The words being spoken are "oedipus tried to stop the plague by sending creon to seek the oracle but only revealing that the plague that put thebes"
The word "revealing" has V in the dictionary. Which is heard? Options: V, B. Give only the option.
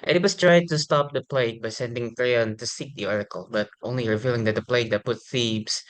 V